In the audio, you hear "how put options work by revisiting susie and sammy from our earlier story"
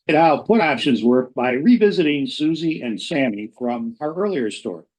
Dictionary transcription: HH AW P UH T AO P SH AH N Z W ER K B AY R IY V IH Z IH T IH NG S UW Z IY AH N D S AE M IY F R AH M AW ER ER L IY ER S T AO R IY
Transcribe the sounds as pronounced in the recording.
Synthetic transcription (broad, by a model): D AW P UH T AO P SH AH N Z W ER K B AY R IY V IH Z IH T IH NG S UW Z IY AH N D S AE M IY F R AH M AW ER ER L IY ER S T AO R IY